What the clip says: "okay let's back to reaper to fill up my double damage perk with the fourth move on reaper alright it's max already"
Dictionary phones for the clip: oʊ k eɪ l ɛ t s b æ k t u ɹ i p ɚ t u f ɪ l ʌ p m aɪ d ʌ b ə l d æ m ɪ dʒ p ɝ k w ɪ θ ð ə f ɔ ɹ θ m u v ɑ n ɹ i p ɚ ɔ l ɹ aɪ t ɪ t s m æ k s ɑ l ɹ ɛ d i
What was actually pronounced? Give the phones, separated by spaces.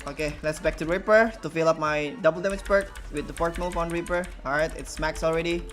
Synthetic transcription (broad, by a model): oʊ k eɪ l ɛ t s b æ k t u ɹ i p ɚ t u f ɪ l ʌ p m aɪ d ʌ b ə l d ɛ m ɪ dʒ b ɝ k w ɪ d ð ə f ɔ ɹ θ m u f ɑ n ɹ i p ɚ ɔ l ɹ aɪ t ɪ t s m æ k s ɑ l ɹ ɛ d i